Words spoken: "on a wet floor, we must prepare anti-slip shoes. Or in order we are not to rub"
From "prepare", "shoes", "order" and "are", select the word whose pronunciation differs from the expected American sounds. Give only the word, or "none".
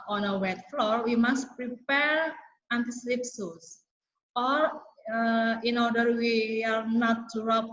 shoes